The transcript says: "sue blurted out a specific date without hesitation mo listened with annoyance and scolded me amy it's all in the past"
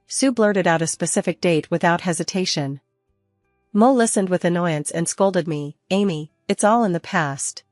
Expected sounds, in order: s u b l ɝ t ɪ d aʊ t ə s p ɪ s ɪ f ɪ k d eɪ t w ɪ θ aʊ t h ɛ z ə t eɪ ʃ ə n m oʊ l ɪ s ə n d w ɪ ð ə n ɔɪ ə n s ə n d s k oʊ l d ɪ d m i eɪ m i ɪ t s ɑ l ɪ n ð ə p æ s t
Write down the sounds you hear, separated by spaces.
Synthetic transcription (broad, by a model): s u b l ɝ t ɪ d aʊ t ə s p ɪ s ɪ f ɪ k d eɪ t w ɪ θ aʊ t h ɛ z ə t eɪ ʃ ə n m oʊ l ɪ s ə n d w ɪ ð ə n ɔɪ ə n s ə n s k oʊ l d ɪ d m i eɪ m i ɪ t s ɑ l ɪ n ð ə p æ s t